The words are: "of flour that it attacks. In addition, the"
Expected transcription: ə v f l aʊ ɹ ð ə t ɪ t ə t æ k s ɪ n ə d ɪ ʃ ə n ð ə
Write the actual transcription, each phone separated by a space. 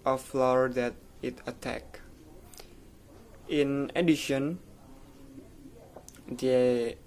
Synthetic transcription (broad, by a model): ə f l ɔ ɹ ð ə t ɪ t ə t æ k ɪ n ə d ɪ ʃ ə n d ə